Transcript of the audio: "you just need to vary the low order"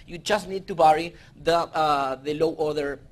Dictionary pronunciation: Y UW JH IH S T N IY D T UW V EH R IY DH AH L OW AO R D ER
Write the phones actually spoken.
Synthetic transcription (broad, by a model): Y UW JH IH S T N IY D T UW B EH R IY DH AH L OW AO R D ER